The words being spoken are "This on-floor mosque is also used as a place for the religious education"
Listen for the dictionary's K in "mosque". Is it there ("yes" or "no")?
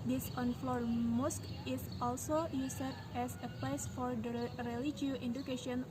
yes